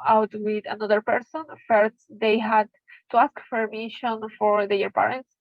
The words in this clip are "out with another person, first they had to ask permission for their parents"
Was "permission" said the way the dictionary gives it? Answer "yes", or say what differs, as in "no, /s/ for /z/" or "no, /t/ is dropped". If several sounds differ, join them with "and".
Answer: no, /f/ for /p/